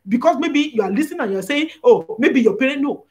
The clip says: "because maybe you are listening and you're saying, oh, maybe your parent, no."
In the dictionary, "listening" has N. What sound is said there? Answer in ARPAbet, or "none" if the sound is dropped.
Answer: none